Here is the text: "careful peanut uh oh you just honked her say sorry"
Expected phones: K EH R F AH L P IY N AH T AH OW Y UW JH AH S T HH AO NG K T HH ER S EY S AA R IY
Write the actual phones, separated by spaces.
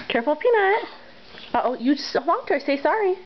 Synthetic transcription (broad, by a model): K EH R F L P IY N AH T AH OW Y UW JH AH S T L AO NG T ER S EY S AA R IY